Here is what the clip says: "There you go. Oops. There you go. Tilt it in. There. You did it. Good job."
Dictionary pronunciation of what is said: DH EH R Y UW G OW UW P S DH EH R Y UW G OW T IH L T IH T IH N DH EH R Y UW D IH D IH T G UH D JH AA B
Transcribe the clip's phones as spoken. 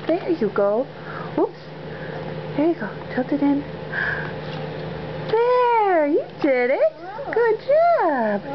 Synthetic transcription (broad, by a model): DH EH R Y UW G OW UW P S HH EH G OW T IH T IH T IH N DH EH R Y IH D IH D IH T G UH D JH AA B